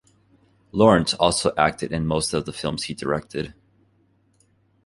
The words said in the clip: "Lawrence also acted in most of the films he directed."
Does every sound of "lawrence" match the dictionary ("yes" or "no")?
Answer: yes